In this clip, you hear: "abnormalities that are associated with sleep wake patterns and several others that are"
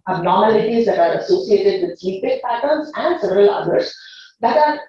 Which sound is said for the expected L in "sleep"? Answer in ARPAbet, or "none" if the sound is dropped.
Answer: none